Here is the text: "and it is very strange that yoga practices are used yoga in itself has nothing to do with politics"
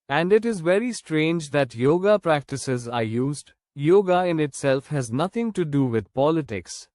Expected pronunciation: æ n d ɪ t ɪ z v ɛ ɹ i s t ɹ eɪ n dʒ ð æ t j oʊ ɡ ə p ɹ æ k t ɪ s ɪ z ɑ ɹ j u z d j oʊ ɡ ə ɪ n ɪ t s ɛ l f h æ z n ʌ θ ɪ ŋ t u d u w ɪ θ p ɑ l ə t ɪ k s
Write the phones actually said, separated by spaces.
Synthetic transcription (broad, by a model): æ n d ɪ t ɪ z v ɛ ɹ i s t ɹ eɪ n dʒ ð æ t j oʊ ɡ ə p ɹ æ k t ɪ s ɪ z ɑ ɹ j u z d j oʊ ɡ ə ɪ n ɪ t s ɛ l f h æ z n ʌ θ ɪ ŋ t u d u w ɪ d p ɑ l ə t ɪ k s